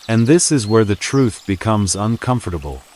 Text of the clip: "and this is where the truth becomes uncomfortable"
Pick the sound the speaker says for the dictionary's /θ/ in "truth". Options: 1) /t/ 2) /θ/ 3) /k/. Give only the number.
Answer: 2